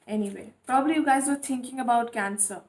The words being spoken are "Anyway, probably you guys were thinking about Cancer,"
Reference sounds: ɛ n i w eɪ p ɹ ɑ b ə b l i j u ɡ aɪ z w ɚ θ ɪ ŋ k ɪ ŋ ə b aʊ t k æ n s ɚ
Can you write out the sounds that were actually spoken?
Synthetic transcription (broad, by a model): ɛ n i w eɪ p ɹ ɑ b ə b l i j u ɡ aɪ z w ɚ t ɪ ŋ k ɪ ŋ ə b aʊ t k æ n s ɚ